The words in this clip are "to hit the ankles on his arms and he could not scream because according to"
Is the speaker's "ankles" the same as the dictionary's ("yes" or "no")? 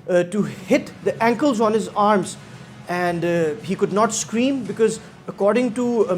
yes